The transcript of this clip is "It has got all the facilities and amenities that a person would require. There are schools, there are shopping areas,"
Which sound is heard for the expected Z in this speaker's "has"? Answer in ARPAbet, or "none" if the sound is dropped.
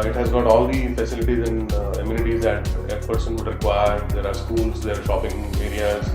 Z